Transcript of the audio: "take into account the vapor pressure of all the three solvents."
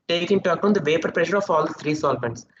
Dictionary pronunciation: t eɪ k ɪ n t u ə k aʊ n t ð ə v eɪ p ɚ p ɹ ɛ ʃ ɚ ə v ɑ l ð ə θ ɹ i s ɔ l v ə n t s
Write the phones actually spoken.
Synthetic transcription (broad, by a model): t eɪ k ɪ n t u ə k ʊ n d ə v eɪ p ɚ p ɹ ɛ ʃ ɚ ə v ɑ l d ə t ɹ i s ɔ l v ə n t s